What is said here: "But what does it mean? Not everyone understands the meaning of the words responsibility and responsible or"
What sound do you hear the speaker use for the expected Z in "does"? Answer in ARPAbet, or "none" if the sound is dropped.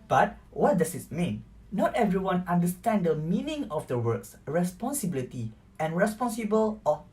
S